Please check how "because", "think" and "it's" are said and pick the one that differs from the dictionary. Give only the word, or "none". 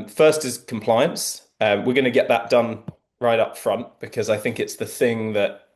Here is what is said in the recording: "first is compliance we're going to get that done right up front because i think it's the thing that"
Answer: none